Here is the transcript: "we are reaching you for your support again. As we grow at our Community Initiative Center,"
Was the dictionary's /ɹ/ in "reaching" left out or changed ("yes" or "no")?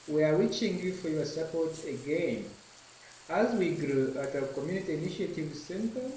yes